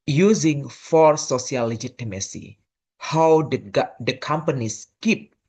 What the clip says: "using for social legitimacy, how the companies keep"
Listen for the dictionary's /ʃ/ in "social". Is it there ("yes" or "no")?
no